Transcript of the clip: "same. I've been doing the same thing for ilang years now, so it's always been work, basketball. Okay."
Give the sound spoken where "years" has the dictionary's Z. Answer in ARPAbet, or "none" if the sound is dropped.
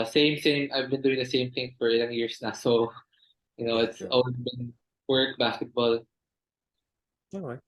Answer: S